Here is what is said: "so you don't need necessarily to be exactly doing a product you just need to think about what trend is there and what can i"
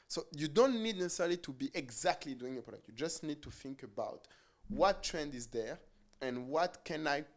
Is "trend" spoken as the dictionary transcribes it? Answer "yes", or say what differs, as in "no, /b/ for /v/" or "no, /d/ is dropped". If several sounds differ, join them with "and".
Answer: yes